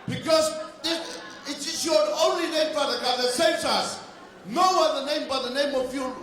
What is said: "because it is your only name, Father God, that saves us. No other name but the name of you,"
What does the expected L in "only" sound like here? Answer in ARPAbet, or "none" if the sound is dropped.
L